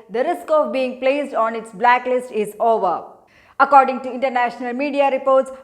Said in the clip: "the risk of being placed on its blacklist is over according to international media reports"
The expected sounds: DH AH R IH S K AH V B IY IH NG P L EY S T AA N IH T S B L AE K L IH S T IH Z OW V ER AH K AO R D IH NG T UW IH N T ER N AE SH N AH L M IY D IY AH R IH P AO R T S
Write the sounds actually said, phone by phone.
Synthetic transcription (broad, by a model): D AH R IH S K AH V B IY IH NG P L EY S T AA N IH T S B L AE K L IH S T IH Z OW V ER AH K AO R D IH NG T UW IH N T ER N AE SH N AH L M IY D IY AH R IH P AO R T S